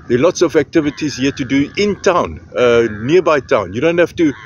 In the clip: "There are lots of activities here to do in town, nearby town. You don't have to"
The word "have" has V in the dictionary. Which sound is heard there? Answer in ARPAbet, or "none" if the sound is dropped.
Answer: F